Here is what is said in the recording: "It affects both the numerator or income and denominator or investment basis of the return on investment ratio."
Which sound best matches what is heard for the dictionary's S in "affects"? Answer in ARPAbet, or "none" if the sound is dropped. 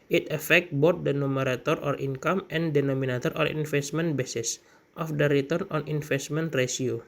none